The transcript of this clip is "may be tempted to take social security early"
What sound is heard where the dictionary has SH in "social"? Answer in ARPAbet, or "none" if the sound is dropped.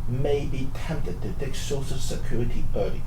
S